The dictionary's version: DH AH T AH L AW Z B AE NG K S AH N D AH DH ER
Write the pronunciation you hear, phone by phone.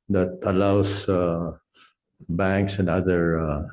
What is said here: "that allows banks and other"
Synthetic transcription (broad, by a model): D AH T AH L AW S B AE NG K S AH N D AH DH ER